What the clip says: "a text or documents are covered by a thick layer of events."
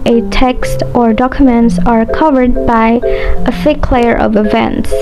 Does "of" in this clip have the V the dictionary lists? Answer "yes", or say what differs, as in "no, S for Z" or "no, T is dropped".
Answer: yes